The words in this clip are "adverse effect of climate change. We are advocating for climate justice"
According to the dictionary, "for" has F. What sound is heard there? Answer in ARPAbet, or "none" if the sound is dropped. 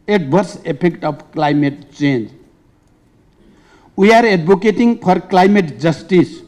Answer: P